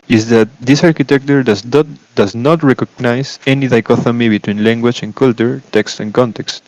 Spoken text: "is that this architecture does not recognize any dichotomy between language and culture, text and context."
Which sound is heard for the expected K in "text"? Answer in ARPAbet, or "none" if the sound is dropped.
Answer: K